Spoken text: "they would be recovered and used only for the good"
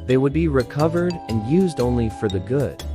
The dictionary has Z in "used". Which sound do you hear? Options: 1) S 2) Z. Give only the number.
2